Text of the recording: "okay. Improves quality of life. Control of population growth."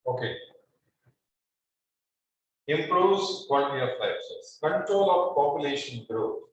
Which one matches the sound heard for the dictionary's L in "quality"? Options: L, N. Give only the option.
N